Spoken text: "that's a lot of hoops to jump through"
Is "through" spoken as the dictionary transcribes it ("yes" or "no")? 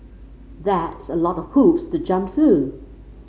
yes